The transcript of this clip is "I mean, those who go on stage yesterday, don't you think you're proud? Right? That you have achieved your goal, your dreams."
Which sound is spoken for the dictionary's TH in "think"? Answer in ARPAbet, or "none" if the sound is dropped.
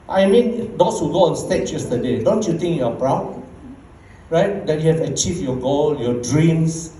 T